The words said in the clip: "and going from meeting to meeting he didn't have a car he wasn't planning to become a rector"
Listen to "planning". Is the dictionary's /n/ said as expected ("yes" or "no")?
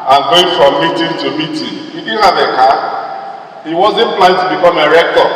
no